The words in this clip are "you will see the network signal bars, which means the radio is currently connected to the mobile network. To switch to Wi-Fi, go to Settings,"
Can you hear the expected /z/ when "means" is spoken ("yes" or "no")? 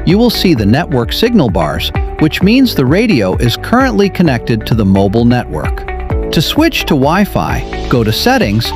yes